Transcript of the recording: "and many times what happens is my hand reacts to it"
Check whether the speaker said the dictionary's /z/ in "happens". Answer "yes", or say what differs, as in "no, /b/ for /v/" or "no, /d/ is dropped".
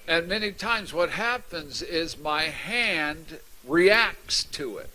yes